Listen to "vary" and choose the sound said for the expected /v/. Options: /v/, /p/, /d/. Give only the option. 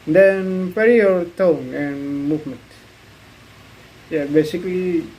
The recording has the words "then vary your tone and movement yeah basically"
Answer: /p/